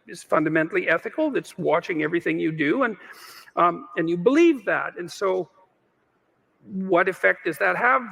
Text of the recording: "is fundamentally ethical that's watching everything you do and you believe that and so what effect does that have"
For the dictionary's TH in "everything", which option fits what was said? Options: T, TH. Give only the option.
TH